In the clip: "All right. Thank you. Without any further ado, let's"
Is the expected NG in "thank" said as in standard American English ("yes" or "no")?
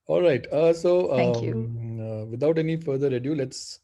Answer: no